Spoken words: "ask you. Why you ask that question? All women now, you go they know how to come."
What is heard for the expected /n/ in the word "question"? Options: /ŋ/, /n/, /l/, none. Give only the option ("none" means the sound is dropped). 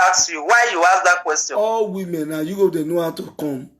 none